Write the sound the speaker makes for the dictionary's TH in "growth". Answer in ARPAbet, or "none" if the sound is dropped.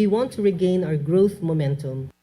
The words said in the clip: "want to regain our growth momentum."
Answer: TH